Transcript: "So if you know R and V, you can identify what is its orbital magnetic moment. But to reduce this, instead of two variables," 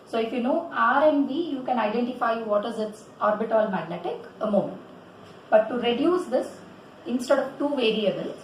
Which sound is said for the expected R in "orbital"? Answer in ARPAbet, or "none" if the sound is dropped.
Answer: R